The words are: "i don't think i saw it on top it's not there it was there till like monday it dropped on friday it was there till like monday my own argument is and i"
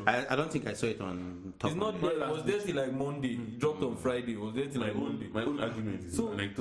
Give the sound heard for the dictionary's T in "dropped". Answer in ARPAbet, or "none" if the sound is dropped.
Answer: T